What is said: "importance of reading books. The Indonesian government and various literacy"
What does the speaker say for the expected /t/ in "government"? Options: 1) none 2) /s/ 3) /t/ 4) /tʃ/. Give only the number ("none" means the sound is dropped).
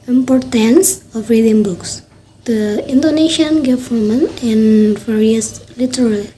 1